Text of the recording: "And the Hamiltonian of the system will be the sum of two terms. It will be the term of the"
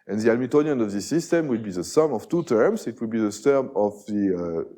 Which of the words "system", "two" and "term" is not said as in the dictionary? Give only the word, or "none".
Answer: term